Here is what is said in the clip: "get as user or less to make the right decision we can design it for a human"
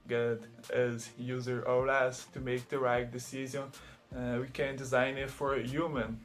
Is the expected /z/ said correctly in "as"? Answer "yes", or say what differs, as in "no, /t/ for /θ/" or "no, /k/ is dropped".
yes